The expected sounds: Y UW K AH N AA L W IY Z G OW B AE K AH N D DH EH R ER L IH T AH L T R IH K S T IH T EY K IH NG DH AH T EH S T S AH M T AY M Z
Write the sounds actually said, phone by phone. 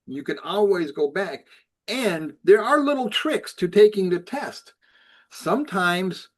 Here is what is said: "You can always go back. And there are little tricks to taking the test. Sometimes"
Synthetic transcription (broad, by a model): Y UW K AH N AA L W IY Z G OW B AE K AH N DH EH R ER L IH T L T R IH K S T IH T EY K IH NG DH AH T EH S T S AH M T AY M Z